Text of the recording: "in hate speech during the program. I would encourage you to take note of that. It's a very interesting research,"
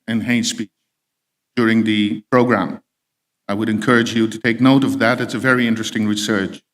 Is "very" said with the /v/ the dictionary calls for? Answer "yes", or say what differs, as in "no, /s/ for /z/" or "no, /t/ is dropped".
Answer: yes